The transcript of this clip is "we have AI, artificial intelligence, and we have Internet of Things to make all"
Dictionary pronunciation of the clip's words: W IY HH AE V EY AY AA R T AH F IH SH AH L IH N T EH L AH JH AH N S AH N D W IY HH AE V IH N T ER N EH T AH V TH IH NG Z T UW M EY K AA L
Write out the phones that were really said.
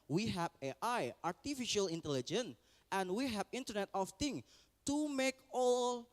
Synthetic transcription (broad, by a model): W IY HH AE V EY AY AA R T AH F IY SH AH L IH N T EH L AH JH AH N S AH N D W IY HH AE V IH N T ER N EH T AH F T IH NG T UW M EY K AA L